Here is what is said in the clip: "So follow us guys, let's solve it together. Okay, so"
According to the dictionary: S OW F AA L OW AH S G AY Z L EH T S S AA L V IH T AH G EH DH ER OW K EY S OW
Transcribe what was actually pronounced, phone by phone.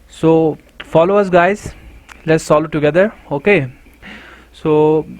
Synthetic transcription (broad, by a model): S OW F AA L OW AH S G AY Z L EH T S S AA L IH T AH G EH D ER OW K EY S OW